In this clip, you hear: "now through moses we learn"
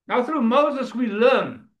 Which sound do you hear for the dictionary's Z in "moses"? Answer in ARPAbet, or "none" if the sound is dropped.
Z